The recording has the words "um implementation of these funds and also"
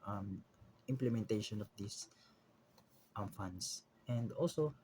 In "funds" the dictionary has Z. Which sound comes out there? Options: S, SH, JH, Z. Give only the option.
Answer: S